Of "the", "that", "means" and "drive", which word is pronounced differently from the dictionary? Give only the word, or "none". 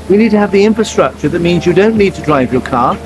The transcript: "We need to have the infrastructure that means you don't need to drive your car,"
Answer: none